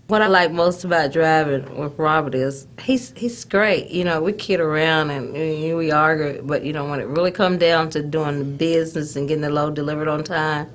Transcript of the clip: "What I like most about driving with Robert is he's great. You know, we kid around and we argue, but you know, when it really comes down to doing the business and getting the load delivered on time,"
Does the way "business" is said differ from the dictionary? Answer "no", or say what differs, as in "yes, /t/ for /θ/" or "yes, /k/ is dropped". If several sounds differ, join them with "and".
no